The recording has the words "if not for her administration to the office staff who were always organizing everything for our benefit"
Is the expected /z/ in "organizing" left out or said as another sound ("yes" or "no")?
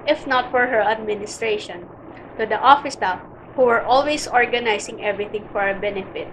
yes